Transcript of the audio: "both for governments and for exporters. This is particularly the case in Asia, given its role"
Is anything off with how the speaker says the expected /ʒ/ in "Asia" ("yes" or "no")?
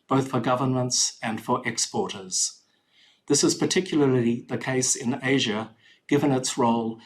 no